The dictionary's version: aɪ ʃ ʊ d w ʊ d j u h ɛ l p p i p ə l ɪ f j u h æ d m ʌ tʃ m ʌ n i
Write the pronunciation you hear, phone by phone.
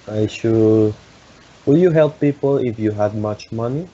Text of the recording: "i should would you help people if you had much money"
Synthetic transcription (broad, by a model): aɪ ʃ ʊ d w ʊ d j u h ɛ l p p i p ə l ɪ f j u h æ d m ʌ tʃ m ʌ n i